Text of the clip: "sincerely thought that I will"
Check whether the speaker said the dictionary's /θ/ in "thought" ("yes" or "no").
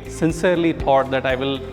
no